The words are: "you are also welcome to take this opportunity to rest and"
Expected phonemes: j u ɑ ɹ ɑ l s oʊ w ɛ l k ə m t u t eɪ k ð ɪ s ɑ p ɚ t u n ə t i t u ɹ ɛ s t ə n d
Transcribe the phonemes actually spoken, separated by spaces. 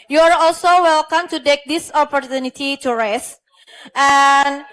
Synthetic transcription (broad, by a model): j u ɑ ɹ ɑ l s oʊ w ɛ l k ə m t u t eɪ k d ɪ s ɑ p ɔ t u n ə t i t u ɹ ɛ s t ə n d